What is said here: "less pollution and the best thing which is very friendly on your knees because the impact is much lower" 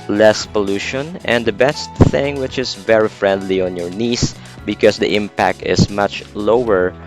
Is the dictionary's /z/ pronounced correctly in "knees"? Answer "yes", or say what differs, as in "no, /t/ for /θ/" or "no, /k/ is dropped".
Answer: no, /s/ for /z/